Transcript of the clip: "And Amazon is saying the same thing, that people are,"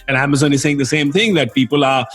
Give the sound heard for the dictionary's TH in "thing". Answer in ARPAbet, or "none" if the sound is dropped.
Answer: TH